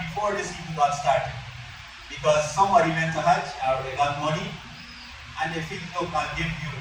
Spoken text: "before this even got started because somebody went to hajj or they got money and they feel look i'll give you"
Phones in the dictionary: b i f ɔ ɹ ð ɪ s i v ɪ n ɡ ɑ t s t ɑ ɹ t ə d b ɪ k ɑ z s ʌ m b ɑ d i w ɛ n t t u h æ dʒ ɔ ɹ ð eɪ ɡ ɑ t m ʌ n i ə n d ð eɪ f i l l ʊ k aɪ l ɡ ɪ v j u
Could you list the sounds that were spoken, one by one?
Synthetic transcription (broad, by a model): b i f ɔ ɹ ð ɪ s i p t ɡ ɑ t s t ɑ ɹ t ə d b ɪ k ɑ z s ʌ m b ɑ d i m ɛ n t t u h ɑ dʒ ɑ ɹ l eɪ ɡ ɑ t m ʌ n i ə n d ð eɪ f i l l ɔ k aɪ n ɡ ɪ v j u